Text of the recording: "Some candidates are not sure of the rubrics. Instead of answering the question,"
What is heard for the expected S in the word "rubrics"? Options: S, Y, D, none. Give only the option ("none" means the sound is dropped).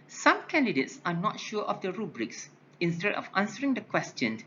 S